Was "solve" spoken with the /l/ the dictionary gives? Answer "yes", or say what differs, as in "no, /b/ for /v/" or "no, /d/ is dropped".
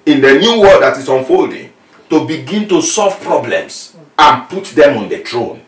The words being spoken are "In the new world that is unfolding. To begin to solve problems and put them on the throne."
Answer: yes